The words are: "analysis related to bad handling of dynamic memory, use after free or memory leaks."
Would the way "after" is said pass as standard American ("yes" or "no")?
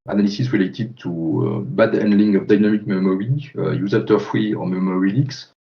no